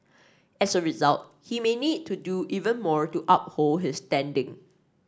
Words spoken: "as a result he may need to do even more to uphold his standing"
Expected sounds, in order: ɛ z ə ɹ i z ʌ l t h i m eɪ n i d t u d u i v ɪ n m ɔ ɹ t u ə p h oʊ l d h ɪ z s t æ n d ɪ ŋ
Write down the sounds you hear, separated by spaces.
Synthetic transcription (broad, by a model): ɛ s ə ɹ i z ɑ l t h i m eɪ n i d t u d u i v ɪ n m ɔ ɹ t u ə p h oʊ l d h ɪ s t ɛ n d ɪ ŋ